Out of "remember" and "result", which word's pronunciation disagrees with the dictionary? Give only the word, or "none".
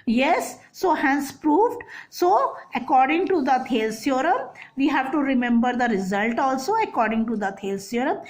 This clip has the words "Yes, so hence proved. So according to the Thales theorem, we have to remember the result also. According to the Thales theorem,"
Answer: none